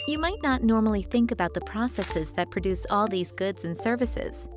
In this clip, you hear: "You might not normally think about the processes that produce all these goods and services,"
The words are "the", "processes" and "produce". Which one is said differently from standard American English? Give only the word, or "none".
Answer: none